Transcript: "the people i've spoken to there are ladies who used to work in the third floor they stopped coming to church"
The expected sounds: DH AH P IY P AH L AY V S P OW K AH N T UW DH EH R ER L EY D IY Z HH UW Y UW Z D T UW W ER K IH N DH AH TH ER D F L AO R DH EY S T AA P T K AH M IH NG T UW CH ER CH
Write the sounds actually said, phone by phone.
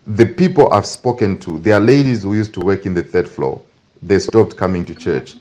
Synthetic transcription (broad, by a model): DH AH P IY P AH L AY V S P OW K AH N T UW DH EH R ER L EY D IY Z HH UW Y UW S T UW W ER K IH N DH AH TH ER D F L AO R DH EY S T AA P T K AH M IH NG T UW CH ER CH